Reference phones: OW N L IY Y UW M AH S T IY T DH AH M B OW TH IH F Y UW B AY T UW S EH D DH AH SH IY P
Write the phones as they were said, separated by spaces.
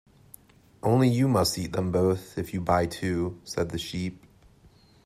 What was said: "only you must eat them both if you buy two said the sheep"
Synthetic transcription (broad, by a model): OW N L IY Y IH M AH S T IY T DH AH M B OW TH IH F Y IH B AY T UW S EH D DH AH SH IY P